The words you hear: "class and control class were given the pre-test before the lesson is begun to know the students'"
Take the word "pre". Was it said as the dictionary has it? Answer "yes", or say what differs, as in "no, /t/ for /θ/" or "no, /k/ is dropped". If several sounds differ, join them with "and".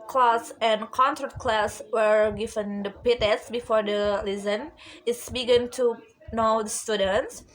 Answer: no, /ɹ/ is dropped